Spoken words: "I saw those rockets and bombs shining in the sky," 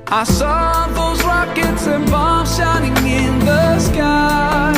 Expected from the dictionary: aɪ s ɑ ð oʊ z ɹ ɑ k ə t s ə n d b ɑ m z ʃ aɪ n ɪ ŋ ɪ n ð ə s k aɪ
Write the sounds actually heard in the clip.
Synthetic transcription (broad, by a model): aɪ s ɑ ð oʊ z ɹ ɑ k ə t s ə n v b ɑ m ʃ aɪ n ɪ ŋ ɪ n ð ə s k aɪ